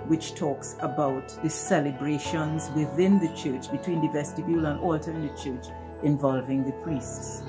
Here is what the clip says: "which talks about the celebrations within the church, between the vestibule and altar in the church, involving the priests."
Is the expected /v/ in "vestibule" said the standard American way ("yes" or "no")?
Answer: yes